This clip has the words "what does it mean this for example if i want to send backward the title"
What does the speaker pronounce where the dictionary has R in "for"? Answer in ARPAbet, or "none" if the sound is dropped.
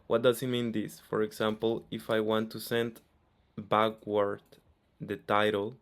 R